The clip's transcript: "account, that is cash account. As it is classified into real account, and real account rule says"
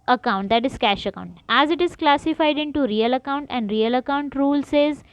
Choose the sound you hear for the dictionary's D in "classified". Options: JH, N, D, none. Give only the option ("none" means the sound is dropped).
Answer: D